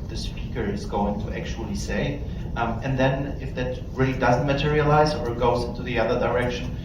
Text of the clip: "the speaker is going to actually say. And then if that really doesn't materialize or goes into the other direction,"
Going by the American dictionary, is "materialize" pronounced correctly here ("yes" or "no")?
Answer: yes